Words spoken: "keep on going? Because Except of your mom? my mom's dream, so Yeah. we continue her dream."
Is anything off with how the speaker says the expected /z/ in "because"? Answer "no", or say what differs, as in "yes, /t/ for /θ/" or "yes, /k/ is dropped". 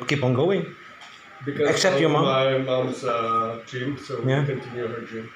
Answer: yes, /z/ is dropped